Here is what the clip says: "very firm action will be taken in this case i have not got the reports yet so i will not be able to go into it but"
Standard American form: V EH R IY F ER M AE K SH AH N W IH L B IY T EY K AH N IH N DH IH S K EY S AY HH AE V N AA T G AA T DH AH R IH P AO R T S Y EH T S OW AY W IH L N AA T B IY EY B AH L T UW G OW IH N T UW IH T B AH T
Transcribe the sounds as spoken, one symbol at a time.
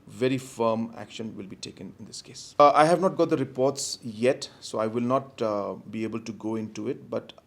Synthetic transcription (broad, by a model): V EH R IY F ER M AE K SH AH N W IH L B IY T EY K AH N IH N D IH S K EY S AY HH AE V N AA T G AA T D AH R IH P AO R T S Y EH T S OW AY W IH L N AA T B IY EY B AH L T UW G OW IH N T UW IH T B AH T